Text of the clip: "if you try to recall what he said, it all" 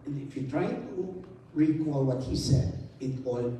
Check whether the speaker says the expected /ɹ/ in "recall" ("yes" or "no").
yes